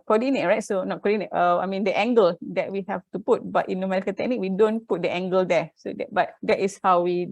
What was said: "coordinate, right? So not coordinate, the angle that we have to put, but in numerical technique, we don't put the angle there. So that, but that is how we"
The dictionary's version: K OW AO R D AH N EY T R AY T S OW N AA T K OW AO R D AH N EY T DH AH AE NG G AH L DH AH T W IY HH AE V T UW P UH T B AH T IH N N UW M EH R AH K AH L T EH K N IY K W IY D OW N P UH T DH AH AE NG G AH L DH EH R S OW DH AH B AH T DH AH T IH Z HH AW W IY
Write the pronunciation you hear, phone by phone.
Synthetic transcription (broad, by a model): K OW AO D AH N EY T R AY T S OW N AA T K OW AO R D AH N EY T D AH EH NG G AH L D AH T W IY HH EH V T UW P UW T B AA T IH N N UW M EH R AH K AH N T EH K N IY K W IY D OW N P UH T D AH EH NG G AH L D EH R S OW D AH B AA T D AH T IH S HH AW W IY